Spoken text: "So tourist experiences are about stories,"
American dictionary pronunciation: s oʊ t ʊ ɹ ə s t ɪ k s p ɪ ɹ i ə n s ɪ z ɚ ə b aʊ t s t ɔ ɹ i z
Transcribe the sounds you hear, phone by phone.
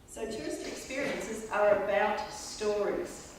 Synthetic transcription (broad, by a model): s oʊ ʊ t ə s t ɪ k s p ɪ ɹ i ə n s ɪ z ɚ ə b aʊ t s t ɔ ɹ i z